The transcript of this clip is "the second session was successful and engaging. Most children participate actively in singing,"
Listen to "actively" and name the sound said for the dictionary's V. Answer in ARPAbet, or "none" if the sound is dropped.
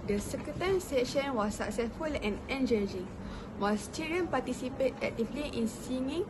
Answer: P